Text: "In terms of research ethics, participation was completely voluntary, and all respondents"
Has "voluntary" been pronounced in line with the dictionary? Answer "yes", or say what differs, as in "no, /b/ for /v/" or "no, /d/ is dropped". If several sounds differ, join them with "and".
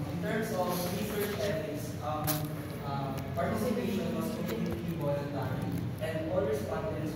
no, /w/ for /v/ and /ɹ/ is dropped